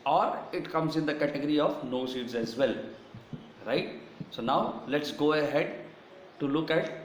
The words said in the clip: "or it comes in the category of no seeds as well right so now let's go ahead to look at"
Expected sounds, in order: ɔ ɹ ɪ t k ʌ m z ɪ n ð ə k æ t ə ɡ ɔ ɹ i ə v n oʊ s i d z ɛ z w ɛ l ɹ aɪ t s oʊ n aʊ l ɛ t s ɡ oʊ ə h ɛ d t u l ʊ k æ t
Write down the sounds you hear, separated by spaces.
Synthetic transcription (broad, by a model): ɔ ɹ ɪ t k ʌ m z ɪ n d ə k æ t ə ɡ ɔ ɹ i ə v n oʊ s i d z ɛ z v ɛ l ɹ aɪ t s oʊ n aʊ l ɛ t s ɡ oʊ ə h ɛ d t u l ʊ k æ t